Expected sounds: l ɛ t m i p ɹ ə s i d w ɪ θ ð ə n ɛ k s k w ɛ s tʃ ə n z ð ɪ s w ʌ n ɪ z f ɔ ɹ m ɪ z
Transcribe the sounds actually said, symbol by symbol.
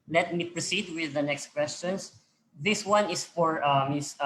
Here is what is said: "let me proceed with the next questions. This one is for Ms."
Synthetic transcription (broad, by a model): l ɛ t m i p ɹ ə s i d w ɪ ð ə n ɛ k s k w ɛ s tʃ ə n s ð ɪ s w ʌ n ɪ s f ɔ ɹ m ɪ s